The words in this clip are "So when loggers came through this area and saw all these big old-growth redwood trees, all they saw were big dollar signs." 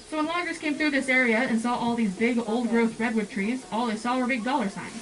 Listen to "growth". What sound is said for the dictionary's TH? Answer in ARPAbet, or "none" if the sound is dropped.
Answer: TH